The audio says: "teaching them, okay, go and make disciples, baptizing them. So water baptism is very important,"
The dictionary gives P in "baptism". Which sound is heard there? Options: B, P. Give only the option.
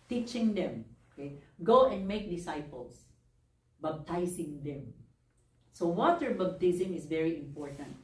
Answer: B